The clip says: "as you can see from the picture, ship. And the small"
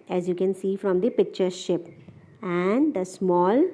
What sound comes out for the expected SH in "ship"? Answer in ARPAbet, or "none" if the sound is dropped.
SH